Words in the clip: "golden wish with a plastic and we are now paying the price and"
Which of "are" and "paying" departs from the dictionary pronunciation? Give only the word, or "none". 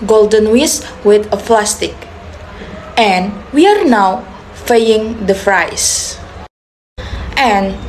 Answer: paying